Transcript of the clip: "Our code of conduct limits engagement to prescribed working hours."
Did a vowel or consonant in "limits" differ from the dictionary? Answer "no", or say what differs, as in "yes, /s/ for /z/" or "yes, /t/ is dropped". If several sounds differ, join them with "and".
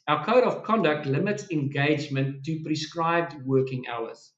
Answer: no